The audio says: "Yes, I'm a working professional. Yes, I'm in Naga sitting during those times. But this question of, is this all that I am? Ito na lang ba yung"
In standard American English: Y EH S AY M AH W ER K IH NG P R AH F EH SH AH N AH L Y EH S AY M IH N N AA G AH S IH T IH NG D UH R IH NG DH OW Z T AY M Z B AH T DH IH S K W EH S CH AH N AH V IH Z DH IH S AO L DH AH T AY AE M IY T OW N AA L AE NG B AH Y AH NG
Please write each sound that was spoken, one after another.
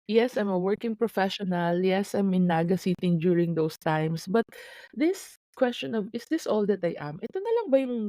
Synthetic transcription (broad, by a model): Y EH S AY M AH W ER K IH NG P R AH F EH SH AH N AH L Y EH S AY M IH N N AA G AH S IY T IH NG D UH R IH NG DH OW S T AY M S B AH T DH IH S K W EH S CH AH N AH V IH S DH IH S AO L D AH T AY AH M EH T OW N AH L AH NG B AH Y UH NG